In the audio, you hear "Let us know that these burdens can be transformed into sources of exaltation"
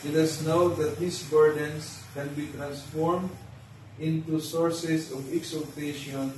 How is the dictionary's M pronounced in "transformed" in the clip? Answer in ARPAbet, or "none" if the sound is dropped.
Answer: M